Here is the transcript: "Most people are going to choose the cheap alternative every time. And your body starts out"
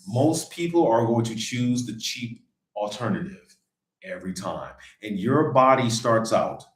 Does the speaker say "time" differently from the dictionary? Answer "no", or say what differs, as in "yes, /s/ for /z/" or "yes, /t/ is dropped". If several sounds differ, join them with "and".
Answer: no